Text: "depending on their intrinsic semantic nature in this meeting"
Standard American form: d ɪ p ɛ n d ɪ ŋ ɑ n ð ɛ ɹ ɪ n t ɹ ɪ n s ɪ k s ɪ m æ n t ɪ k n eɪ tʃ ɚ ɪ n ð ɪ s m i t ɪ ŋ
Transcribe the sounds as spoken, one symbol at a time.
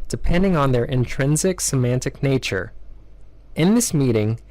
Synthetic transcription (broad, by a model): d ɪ p ɛ n d ɪ ŋ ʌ n ð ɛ ɹ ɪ n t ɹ ɪ n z ɪ k s ɪ m æ n t ɪ k n eɪ tʃ ɚ ɪ n ð ɪ s m i t ɪ ŋ